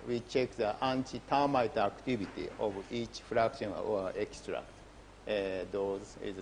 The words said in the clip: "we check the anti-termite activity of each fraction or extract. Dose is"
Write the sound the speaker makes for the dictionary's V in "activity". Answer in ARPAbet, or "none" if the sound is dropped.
B